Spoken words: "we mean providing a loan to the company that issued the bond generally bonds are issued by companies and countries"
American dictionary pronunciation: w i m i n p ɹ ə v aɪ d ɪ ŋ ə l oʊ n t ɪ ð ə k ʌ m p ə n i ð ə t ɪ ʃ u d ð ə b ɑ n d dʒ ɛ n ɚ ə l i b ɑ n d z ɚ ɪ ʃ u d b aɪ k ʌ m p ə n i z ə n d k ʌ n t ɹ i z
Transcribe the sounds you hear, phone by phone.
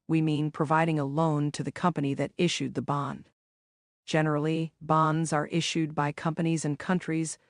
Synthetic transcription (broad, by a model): w i m i n p ɹ ə v aɪ d ɪ ŋ ə l oʊ n t ɪ ð ə k ʌ m p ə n i ð ə t ɪ ʃ u d ð ə b ɑ n d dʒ ɛ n ɚ l i b ɑ n d z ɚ ɪ ʃ u d b aɪ k ʌ m p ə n i z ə n k ʌ n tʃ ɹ i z